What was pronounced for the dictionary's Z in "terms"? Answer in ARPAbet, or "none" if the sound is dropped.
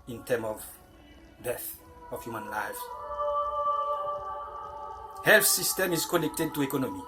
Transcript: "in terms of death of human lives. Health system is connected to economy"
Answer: none